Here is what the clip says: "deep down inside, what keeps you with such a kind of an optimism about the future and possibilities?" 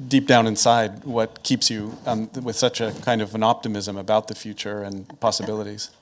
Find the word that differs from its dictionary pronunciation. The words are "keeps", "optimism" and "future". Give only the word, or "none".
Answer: none